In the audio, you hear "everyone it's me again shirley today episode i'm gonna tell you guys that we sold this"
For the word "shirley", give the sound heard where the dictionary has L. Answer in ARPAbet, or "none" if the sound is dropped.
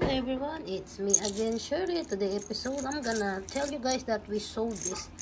none